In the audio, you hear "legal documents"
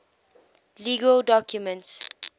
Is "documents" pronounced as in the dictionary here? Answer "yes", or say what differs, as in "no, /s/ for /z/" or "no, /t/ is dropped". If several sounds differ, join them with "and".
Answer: yes